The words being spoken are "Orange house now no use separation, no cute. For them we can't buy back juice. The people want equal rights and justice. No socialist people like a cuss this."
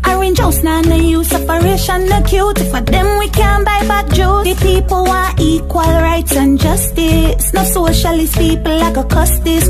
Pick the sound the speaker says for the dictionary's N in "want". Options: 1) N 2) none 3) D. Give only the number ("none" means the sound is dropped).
2